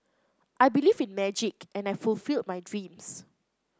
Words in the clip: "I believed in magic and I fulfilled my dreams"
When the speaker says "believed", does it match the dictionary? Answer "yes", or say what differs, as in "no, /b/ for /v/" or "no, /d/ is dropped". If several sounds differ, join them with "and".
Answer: no, /d/ is dropped